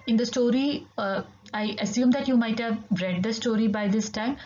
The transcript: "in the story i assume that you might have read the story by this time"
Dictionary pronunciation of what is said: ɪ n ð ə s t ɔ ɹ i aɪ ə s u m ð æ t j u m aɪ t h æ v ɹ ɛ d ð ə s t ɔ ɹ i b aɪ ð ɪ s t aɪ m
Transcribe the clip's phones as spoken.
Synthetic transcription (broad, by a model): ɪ n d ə s t ɔ ɹ i aɪ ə s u m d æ t j u m aɪ t h æ v ɹ ɛ d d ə s t ɔ ɹ i b aɪ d ɪ s t aɪ m